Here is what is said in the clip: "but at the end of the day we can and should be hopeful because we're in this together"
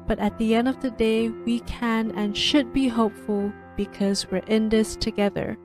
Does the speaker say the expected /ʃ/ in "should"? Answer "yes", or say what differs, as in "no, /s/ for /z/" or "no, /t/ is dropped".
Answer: yes